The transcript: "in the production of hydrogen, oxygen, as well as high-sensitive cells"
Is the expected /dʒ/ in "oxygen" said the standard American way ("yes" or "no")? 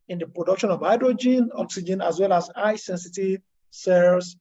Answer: yes